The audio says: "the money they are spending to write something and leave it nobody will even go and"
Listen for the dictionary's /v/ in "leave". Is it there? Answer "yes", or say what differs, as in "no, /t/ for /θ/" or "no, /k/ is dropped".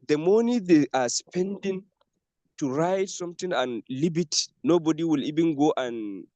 no, /b/ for /v/